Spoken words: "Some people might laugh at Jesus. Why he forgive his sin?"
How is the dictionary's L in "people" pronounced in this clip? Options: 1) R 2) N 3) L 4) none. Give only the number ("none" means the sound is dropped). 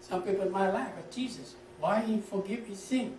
2